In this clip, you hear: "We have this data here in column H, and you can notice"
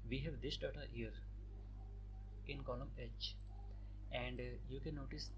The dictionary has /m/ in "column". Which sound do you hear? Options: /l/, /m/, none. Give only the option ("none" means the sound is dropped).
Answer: /m/